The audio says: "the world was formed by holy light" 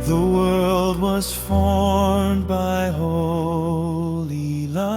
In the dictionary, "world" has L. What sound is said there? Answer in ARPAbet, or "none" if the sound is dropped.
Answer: L